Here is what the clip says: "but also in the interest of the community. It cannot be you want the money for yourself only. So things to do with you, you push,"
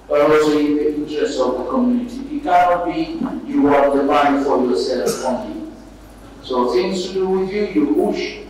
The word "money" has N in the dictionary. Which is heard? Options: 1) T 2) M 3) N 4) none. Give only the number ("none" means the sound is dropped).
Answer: 4